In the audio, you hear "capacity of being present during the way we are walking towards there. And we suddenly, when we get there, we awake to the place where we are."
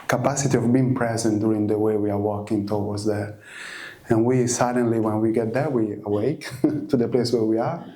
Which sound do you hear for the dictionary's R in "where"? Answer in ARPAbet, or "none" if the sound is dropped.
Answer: R